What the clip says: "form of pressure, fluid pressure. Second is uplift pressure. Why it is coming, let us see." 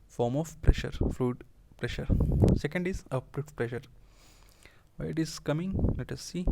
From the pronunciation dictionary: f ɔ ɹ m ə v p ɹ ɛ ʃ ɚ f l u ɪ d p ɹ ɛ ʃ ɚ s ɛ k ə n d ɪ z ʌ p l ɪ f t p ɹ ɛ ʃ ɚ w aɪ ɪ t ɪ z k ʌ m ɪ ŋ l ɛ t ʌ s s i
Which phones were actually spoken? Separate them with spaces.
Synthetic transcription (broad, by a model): f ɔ ɹ m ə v p ɹ ɛ ʃ ɚ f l u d p ɹ ɛ ʃ ɚ s ɛ k ə n d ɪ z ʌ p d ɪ t p ɹ ɛ ʃ ɚ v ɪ ɪ t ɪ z k ʌ m ɪ ŋ l ɛ t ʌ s s i